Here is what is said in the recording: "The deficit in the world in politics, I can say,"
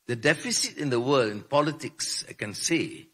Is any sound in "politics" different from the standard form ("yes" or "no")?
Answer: no